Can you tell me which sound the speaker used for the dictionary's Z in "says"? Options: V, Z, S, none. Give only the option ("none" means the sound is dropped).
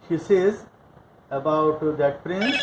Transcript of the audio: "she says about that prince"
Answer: Z